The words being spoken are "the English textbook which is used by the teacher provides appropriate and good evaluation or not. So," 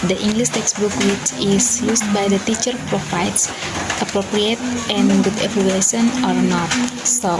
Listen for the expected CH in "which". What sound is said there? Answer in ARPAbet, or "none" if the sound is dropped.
S